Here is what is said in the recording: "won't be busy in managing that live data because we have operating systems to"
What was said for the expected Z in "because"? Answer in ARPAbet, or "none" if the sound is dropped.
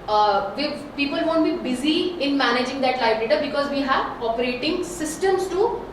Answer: Z